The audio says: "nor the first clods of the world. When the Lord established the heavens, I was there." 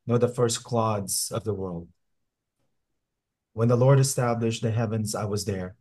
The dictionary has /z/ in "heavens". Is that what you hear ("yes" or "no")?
yes